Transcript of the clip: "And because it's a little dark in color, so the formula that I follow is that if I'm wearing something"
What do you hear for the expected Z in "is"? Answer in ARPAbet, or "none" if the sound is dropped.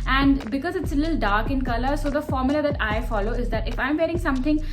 Z